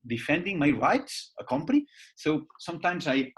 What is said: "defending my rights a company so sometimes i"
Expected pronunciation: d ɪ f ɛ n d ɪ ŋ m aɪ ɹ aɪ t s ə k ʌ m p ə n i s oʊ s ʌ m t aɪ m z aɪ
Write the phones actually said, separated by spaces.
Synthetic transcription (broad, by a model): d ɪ f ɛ n d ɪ ŋ m aɪ ɹ aɪ t s ə k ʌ m p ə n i s oʊ s ʌ m t aɪ m z aɪ